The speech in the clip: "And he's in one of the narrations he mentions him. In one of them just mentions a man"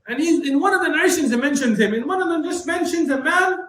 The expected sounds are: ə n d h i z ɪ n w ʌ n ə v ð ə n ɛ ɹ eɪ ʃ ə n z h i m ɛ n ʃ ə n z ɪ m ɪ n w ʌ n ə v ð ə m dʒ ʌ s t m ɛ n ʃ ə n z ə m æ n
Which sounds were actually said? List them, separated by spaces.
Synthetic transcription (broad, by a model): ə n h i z ɪ n w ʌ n ə v ð ə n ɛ ɪ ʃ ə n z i m ɛ n ʃ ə n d ɪ m ɪ n w ʌ n ə v ð ə m dʒ ʌ s t m ɛ n ʃ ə n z ə m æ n